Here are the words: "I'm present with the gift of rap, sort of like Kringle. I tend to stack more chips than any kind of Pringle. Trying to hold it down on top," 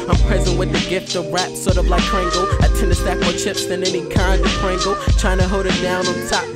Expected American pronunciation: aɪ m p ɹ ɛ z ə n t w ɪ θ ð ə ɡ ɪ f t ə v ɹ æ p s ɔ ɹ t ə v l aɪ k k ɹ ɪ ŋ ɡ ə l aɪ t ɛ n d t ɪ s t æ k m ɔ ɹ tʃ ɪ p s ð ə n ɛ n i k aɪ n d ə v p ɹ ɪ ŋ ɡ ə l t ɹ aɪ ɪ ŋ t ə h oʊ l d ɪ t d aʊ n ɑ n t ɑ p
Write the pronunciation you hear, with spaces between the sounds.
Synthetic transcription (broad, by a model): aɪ m p ɹ ɛ z ə n t w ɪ ð ə ɡ ɪ f t ə v ɹ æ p s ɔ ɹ t ə v l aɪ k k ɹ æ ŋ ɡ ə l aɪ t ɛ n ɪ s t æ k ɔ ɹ tʃ ɪ p s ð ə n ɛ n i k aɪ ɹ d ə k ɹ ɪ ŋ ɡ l t ɹ aɪ ɪ ŋ t ə h oʊ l d ɪ t d aʊ n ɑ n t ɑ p